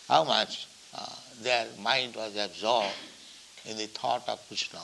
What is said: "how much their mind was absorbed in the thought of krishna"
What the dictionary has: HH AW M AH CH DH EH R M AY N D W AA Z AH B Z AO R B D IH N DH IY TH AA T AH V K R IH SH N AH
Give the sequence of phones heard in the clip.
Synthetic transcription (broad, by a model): HH AW M AH CH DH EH R M AY N D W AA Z AH B Z AO R B D IH N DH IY T AA T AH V K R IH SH N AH